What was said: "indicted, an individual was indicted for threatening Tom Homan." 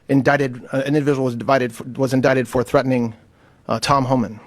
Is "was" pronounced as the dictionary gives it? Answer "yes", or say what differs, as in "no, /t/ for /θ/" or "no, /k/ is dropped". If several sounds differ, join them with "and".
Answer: yes